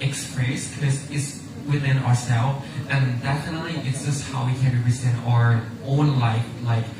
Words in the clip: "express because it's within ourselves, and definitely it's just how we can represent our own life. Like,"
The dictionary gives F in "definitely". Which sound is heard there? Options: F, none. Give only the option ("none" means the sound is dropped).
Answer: none